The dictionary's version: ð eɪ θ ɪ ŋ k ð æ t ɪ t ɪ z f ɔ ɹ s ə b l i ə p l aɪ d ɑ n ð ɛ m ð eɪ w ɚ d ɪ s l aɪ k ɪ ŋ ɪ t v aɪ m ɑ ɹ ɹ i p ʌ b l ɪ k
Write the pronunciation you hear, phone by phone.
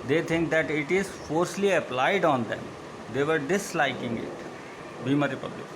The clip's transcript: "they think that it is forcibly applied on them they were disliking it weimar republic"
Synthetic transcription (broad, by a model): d eɪ t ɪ ŋ k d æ t ɪ t ɪ z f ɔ ɹ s l i ə p l aɪ d ɑ n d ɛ m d eɪ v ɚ d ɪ s l aɪ k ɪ ŋ ɪ t b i m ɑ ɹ ɹ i p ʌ b l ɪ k